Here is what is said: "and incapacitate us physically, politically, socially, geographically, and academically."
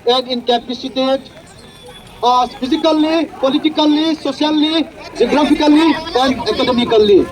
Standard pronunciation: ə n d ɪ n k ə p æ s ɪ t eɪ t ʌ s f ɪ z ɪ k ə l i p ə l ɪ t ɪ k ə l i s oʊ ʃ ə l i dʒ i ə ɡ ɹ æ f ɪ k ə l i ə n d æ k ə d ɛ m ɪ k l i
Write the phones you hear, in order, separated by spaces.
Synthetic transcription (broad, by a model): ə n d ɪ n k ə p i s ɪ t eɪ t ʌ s p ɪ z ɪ k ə l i p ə l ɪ t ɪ k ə l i s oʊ s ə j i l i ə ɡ ɹ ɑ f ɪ k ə l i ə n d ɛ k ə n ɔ m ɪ k l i